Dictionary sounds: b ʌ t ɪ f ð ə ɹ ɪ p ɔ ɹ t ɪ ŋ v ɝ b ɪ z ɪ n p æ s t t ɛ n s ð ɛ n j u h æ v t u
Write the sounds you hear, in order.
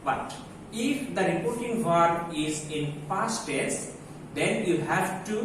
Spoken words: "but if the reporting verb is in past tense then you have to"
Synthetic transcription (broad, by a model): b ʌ t ɪ f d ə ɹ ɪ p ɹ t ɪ ŋ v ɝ ɪ z ɪ n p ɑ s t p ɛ s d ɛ n j u h æ v t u